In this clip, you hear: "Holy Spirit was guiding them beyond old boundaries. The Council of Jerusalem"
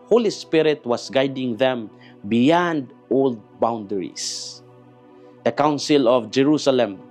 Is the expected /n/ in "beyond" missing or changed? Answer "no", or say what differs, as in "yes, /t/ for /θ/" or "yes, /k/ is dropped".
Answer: no